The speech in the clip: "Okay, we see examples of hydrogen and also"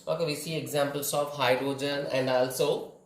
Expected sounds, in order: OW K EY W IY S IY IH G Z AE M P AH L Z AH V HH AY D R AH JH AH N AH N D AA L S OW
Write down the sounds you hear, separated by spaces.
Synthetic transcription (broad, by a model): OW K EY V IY S IY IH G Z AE M P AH L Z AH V HH AY D R AH JH AH N AH N D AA L S OW